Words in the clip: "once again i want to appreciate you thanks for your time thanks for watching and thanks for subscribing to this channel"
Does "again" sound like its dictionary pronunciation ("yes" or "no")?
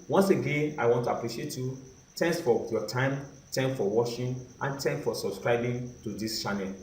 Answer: yes